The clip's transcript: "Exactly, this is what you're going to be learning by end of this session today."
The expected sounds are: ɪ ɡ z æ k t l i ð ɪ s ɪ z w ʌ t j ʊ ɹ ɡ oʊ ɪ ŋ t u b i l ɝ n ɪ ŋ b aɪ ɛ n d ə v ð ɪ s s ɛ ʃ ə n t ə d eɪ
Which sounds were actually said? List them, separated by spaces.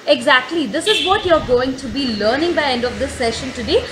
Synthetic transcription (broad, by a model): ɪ ɡ z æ k t l i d ɪ s ɪ z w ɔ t j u ɹ ɡ oʊ ɪ ŋ t u b i l ɝ n ɪ ŋ b aɪ ɛ n d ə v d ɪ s s ɛ ʃ ə n t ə d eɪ